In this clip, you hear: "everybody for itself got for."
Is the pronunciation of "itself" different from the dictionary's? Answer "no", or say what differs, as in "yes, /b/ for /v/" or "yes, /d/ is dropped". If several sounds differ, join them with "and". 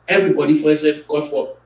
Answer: yes, /l/ is dropped